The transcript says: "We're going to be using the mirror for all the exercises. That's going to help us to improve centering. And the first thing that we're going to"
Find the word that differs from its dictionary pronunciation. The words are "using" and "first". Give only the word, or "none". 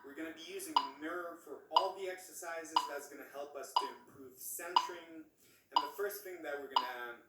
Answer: none